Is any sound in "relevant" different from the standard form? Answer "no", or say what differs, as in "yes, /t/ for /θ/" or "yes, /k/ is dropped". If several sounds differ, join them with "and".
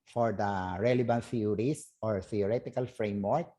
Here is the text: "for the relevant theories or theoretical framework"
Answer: yes, /b/ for /v/